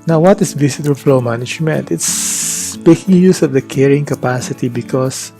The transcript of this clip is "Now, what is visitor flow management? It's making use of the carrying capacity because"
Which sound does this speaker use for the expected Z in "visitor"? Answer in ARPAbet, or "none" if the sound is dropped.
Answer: S